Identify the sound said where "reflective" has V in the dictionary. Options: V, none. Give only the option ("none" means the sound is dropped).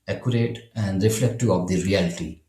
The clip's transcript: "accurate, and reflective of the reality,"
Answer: none